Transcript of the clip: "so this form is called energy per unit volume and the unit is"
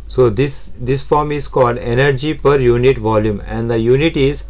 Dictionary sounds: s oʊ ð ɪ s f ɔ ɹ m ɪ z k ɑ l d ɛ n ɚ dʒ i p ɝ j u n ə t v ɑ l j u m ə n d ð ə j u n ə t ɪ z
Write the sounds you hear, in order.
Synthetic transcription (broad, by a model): s oʊ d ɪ s f ɔ ɹ m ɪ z k ɑ l d ɛ n ɚ dʒ i p ɝ j u n ə t v ɑ l j u m ə n d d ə j u n ə t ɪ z